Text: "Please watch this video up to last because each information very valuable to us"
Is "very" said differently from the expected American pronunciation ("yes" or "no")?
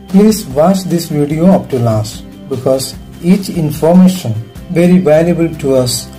no